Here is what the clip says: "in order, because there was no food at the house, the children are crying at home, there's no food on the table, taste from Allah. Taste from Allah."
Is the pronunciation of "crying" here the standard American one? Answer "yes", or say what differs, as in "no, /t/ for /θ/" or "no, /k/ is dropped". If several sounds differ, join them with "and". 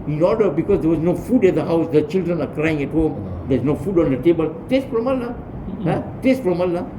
yes